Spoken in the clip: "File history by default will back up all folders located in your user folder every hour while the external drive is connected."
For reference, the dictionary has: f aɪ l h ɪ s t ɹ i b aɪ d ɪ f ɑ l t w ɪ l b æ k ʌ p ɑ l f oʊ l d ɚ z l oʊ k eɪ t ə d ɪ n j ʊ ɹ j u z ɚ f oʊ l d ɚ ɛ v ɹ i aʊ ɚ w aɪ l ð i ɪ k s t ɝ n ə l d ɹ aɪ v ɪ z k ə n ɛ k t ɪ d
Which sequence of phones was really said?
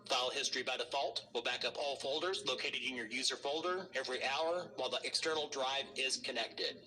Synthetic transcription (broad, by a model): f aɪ l h ɪ s t ɹ i b aɪ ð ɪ f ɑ l t w ɪ l b æ k ʌ p ɑ l f oʊ l d ɚ z l oʊ k eɪ t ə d ɪ n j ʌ ɹ j u z ɚ f oʊ l d ɚ ɛ v ɹ i aʊ ɚ w aɪ l ð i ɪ k s t ɝ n l d ɹ aɪ v ɪ z k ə n ɛ k t ɪ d